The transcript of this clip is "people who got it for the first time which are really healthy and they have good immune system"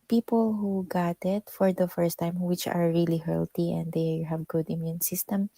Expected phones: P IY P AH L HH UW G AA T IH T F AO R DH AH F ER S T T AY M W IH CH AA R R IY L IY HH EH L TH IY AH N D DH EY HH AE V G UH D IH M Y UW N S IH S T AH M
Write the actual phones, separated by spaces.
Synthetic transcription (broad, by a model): P IY P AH L HH UW G AA T IH T F AO R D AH F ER S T T AY M W IH CH AA R R IY L IY HH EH L T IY AH N D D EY HH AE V G UH D IH M Y UW N S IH S T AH M